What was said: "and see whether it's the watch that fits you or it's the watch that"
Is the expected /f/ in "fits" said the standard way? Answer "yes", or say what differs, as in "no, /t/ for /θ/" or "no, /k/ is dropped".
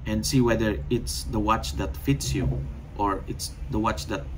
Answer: yes